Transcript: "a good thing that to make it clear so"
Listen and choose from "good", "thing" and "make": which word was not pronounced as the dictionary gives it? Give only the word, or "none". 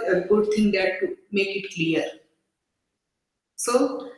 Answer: thing